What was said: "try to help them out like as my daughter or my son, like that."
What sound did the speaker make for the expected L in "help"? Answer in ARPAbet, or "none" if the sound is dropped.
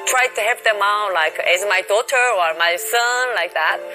none